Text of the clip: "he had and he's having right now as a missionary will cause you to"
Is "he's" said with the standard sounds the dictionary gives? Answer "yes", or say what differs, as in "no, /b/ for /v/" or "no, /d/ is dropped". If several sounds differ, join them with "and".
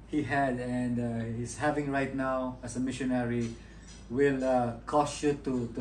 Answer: no, /s/ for /z/